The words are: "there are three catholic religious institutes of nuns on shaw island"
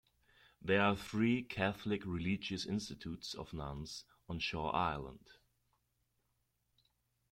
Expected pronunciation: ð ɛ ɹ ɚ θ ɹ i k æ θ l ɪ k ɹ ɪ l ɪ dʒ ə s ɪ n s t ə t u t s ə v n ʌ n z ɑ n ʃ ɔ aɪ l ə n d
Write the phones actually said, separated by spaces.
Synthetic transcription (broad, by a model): ð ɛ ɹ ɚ θ ɹ i k æ θ l ɪ k ɹ ɪ l ɪ dʒ ə s ɪ n s t ə t u t s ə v n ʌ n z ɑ n ʃ ɔ aɪ l ə n d